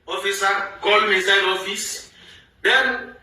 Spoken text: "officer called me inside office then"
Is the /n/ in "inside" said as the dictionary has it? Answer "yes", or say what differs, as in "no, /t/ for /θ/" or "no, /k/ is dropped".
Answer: no, /n/ is dropped